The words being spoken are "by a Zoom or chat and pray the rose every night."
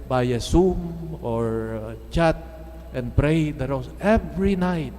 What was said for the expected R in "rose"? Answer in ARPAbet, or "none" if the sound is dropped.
W